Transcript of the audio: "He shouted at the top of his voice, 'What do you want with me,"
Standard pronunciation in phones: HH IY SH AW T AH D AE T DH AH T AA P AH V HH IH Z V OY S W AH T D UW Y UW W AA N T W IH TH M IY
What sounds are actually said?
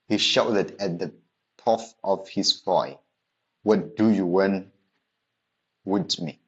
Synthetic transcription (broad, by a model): HH IY SH AW T AH D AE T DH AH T AA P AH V HH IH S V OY W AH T D UW Y UW W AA N W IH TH M IY